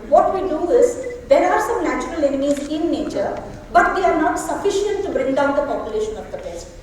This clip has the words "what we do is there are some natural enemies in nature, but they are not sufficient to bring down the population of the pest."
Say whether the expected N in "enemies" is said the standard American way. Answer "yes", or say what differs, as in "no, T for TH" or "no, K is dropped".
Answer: yes